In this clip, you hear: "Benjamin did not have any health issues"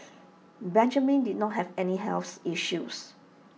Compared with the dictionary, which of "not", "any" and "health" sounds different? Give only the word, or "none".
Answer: health